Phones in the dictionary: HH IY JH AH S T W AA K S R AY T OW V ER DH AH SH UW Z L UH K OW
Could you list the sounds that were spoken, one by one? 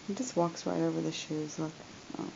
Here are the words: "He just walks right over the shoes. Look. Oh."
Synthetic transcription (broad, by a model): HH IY JH AH S T W AA K S R AY T OW V ER DH AH SH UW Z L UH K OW